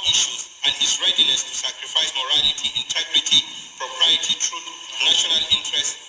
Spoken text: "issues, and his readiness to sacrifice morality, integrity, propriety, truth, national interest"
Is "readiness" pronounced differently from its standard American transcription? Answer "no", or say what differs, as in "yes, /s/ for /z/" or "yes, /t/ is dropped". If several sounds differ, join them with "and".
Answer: no